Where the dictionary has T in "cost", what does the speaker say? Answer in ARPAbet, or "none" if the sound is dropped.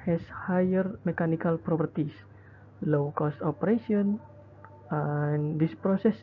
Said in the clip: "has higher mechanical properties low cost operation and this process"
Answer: T